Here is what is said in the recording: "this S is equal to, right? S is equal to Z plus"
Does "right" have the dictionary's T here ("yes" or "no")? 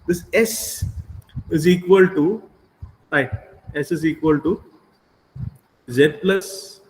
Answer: no